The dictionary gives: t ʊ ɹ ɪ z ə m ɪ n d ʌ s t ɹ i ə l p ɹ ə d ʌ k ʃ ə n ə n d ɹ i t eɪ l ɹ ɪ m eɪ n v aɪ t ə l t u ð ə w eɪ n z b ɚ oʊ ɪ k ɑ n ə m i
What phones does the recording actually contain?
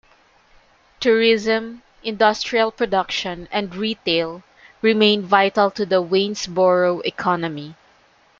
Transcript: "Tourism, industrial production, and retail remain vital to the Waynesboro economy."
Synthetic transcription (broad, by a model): t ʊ ɹ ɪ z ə m ɪ n d ʌ s t ɹ i ə l p ɹ ə d ʌ k ʃ ə n ə n d ɹ i t eɪ l ɹ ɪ m eɪ n v aɪ t ə l t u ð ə w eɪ n s b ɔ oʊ ɪ k ɑ n ə m i